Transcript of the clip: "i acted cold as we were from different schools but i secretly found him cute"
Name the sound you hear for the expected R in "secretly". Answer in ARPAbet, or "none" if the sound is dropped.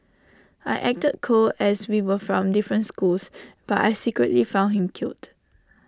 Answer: R